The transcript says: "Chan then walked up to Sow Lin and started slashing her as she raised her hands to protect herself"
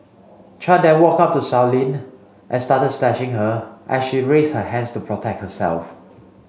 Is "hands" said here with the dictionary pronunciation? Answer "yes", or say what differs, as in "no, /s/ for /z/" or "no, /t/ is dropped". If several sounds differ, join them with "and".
no, /s/ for /z/